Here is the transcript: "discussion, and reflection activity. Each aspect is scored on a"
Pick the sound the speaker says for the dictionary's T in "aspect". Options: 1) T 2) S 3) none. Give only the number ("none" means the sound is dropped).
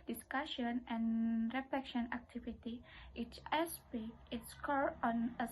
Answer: 3